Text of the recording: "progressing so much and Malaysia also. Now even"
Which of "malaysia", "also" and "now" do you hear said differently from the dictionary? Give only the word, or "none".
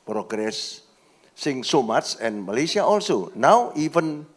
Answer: malaysia